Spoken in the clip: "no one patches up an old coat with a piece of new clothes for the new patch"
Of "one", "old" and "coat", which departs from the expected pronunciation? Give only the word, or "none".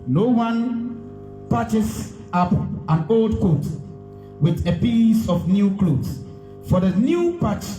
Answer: none